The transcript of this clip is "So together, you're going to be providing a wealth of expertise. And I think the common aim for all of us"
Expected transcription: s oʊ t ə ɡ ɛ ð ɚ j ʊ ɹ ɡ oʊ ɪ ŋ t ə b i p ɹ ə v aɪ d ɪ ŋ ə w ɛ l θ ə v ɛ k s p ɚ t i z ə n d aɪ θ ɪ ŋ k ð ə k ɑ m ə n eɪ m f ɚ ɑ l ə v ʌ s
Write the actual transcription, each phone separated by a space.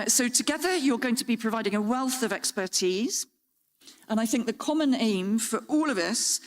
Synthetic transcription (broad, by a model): s oʊ t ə ɡ ɛ ð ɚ j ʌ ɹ ɡ oʊ ɪ ŋ t ə b i p ɹ ə v aɪ d ɪ ŋ ə w ɛ l θ ə v ɛ k s p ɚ t i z ə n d aɪ θ ɪ ŋ k ð ə k ɑ m ə n eɪ m f ɚ ɑ l ə v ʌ s